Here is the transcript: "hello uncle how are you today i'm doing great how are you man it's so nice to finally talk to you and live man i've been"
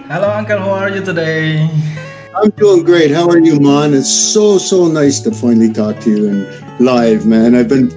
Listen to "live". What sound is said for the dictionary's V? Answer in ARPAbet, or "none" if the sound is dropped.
V